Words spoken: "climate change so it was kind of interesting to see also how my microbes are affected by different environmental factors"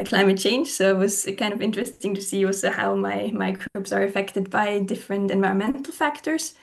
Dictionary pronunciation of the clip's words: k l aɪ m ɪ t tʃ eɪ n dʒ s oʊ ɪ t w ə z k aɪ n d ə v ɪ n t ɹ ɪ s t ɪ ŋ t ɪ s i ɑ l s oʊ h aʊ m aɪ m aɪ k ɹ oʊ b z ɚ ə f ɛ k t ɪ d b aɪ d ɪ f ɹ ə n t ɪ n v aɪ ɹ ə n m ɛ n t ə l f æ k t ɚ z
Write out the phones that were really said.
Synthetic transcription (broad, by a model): k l aɪ m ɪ t tʃ eɪ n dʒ s oʊ ɪ t w ə z k aɪ n d ə v ɪ n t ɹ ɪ s t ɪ ŋ t ɪ s i ɑ l s oʊ h aʊ m aɪ m aɪ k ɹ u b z ɚ ə f ɛ k t ɪ d b aɪ d ɪ f ɹ ə n t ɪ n v aɪ ɹ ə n m ɛ n t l f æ k t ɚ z